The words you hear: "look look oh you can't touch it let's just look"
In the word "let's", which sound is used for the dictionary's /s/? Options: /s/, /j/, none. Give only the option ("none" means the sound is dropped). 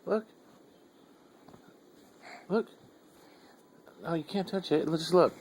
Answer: none